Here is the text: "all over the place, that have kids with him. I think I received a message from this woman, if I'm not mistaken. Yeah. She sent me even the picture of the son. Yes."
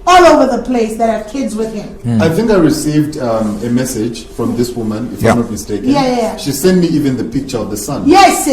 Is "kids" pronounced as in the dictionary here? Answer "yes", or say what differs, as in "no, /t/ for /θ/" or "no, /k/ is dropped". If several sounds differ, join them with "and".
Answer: yes